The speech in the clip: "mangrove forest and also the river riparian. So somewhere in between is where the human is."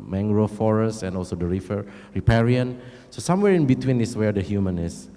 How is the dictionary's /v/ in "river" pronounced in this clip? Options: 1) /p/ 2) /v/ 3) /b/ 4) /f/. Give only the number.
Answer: 4